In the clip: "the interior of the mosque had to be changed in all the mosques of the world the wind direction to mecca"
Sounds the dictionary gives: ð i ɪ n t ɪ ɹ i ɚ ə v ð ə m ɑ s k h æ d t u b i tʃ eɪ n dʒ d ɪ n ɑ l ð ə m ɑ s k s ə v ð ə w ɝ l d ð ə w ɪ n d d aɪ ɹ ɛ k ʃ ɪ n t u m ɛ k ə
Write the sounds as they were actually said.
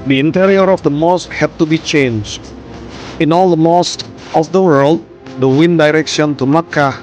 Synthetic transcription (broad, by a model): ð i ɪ n t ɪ ɹ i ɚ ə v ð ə m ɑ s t h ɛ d t u b i tʃ eɪ n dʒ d ɪ n ɑ l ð ə m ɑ s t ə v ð ə w ɝ l d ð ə w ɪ n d d aɪ ɹ ɛ k ʃ ɪ n t u m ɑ k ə